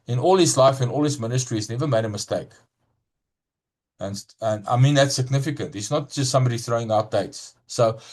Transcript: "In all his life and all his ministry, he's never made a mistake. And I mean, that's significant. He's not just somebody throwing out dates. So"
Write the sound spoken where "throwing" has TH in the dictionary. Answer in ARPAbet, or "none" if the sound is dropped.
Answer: TH